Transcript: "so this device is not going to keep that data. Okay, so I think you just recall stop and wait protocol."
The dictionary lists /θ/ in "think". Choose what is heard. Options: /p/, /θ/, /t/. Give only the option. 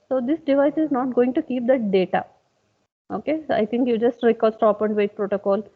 /t/